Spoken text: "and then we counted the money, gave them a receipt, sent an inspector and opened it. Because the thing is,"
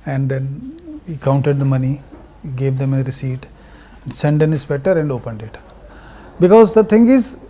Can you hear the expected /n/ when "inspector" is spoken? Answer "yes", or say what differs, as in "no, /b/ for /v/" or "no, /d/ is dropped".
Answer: no, /n/ is dropped